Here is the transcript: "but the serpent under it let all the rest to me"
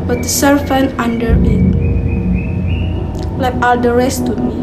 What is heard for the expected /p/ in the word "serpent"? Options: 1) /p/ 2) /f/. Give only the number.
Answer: 2